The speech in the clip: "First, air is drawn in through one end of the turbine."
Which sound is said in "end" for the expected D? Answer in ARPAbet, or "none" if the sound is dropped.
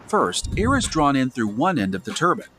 D